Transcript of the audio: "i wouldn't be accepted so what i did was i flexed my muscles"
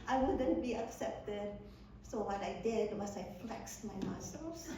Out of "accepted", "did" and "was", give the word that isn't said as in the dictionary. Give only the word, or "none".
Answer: was